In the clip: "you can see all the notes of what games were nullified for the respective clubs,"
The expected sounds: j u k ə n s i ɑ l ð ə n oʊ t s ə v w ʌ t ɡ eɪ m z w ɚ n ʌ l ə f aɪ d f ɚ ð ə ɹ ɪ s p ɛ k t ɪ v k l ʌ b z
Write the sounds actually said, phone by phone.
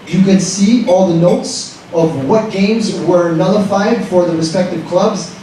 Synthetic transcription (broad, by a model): j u k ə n s i ɑ l ð ə n oʊ t s ə v w ʌ t ɡ eɪ m z w ɚ n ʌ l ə f aɪ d f ɚ ð ə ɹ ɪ s p ɛ k t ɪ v k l ʌ b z